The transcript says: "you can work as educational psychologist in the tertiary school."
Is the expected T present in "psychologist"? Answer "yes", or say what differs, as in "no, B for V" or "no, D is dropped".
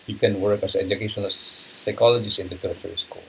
no, T is dropped